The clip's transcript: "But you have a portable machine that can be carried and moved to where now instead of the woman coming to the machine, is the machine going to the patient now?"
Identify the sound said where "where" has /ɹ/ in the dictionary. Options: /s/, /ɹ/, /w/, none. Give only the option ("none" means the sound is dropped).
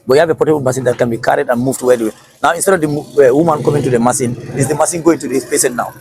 /w/